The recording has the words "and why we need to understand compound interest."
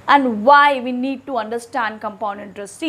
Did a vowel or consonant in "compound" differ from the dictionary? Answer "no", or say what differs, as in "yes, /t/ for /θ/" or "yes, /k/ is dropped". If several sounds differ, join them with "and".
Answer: yes, /d/ is dropped